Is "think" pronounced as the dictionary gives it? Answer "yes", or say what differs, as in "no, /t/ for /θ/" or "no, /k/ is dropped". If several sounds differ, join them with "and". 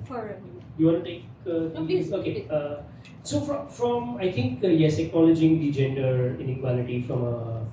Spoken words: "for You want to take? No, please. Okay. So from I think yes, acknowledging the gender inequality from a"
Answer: no, /t/ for /θ/